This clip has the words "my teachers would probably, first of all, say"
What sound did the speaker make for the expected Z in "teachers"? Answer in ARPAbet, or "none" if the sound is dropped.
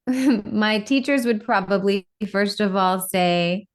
Z